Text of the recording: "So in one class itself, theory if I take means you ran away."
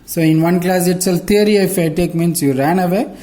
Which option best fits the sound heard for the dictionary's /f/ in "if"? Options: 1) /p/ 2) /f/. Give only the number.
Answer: 2